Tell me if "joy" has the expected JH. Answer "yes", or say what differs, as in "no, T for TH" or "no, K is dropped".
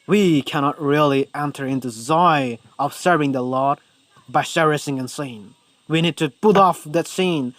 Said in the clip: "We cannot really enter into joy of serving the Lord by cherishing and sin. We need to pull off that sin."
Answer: no, Z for JH